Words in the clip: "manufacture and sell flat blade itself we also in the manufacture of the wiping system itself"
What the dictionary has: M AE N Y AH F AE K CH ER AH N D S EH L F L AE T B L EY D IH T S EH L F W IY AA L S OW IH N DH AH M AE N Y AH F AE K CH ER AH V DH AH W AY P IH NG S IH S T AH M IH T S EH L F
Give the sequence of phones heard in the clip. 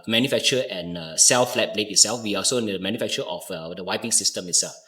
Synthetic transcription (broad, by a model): M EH N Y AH F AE K CH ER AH N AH S EH L F L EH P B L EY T IH T S EH L F W IY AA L S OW IH N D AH M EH N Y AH F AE K CH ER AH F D AH W AY P IH NG S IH S T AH M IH T S EH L F